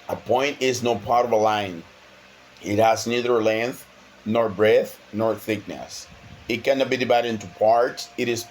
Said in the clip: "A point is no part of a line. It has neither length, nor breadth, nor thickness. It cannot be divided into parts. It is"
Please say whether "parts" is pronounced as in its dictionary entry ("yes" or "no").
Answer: yes